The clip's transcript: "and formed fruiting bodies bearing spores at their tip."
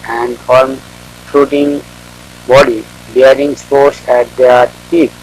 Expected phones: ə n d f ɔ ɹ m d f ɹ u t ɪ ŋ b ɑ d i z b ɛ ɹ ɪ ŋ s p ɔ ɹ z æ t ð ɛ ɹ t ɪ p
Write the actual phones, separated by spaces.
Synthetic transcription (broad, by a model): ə n d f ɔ ɹ m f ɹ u t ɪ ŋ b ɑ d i b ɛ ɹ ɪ ŋ s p ɔ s æ t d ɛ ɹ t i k